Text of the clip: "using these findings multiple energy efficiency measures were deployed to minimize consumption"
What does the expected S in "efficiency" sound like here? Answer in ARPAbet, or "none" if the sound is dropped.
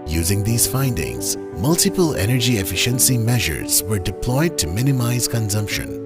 S